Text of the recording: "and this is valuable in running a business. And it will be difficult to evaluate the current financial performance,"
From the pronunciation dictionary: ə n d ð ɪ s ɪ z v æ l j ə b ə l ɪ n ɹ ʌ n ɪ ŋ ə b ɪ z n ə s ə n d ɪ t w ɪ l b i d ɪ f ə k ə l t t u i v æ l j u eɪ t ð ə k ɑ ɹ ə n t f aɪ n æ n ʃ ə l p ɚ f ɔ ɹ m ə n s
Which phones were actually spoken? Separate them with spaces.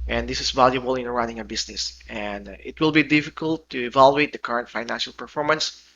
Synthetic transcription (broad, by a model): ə n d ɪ s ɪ s v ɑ l j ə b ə l ɪ n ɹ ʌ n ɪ ŋ ə b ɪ s n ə s ə n d ɪ t w ɪ l b i d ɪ f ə k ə l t t u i v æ l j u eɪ t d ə k ɑ ɹ ə n t f aɪ n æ n ʃ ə l p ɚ f ɔ ɹ m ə n s